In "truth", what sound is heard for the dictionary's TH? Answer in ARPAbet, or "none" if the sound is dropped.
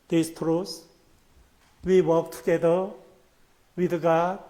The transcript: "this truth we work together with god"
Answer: S